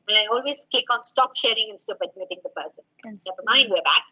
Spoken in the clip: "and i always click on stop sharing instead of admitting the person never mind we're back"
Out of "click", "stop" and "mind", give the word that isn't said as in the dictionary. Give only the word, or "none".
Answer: click